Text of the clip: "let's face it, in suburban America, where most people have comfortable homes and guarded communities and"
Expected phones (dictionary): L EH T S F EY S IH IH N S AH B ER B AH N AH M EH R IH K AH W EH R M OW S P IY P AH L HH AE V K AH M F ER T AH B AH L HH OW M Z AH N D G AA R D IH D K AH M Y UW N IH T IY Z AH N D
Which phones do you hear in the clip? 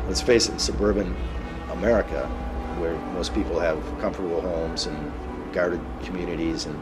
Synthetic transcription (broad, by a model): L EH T S F EY S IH IH N S AH B ER B AH N AH M EH R IH K AH W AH R M OW S P IY P L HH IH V K AH M F ER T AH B L HH OW M Z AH N G AA R D IH D K M Y UW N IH T IY Z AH N